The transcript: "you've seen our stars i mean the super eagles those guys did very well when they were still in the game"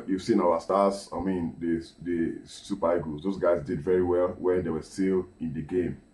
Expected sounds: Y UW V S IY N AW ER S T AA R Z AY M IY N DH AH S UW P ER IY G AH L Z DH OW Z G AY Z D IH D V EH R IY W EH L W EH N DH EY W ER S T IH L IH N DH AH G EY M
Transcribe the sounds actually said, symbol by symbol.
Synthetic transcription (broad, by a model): Y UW S IY N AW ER S T AA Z AY M IY N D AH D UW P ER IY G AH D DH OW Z G AY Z D IH D V EH R IY W EH L W EH N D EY W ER S T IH L IH N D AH G EY M